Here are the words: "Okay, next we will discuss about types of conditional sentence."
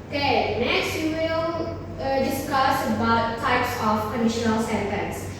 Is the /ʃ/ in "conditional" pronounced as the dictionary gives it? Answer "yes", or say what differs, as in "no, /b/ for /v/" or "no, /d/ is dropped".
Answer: yes